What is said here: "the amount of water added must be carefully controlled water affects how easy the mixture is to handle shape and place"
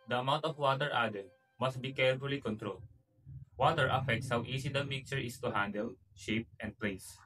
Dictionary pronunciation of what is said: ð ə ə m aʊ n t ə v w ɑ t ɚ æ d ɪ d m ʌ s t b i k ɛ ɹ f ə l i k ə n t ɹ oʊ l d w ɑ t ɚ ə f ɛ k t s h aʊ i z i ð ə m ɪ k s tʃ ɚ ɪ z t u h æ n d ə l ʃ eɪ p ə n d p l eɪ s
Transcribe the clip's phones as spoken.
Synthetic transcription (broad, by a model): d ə ə m aʊ n t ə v w ɑ t ɚ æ d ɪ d m ʌ s t b i k ɛ ɹ f ə l i k ə n t ɹ oʊ l d w ɑ t ɚ ə f ɛ k t s h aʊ i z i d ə m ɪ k tʃ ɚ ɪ s t u h æ n d ə l ʃ eɪ p ə n d p l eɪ s